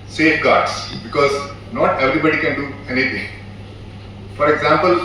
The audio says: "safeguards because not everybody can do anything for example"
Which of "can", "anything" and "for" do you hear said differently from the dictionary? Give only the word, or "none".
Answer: anything